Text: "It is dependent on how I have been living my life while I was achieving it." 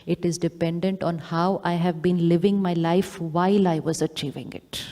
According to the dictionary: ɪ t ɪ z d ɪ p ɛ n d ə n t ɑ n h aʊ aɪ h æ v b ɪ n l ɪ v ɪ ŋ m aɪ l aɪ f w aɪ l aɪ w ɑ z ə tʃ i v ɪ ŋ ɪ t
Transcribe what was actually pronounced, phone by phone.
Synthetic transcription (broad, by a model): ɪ t ɪ z d ɪ p ɛ n d ə n t ɑ n h aʊ aɪ h æ v b ɪ n l ɪ v ɪ ŋ m aɪ l aɪ f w aɪ l aɪ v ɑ z ə tʃ i v ɪ ŋ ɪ t